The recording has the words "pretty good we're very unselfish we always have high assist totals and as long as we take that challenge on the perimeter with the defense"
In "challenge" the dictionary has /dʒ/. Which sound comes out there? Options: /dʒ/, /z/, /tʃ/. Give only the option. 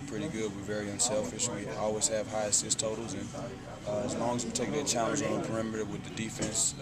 /z/